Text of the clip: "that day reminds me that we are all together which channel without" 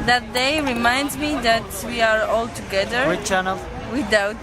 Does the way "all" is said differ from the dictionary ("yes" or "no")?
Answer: no